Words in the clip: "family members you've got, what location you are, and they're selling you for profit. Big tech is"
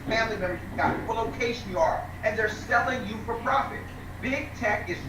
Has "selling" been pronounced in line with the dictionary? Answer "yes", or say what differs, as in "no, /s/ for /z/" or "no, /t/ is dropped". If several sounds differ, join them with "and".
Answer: yes